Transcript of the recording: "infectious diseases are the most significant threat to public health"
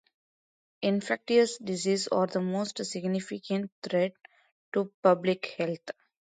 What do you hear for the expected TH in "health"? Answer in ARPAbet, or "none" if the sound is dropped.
T